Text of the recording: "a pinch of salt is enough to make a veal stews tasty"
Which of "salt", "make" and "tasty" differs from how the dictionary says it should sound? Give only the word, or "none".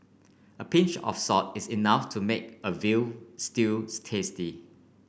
salt